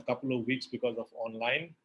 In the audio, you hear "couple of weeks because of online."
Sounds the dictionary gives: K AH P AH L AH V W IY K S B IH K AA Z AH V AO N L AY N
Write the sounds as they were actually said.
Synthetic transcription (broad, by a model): K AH P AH L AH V W IY K S B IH K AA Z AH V AO N L AY N